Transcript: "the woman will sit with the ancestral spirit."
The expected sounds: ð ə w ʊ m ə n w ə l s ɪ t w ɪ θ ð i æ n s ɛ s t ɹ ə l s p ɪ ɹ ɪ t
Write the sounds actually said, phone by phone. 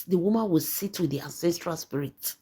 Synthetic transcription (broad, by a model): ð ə w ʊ m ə n w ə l s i t w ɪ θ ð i æ n s ɛ s t ɹ ə l s p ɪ ɹ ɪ t